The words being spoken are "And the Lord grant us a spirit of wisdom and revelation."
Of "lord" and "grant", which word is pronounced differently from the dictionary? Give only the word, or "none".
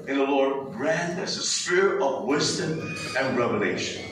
grant